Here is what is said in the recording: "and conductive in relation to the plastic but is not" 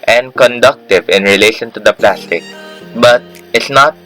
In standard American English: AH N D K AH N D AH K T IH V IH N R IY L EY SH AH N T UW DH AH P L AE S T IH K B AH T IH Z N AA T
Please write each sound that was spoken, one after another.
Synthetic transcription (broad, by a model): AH N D K AH N D AH K T IH V IH N R IY L EY SH AH N T UW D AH P L AE S T IH K B AH T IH S N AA T